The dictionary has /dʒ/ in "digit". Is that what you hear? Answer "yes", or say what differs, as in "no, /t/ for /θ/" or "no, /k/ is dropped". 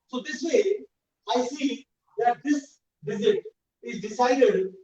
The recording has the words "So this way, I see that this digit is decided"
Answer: no, /z/ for /dʒ/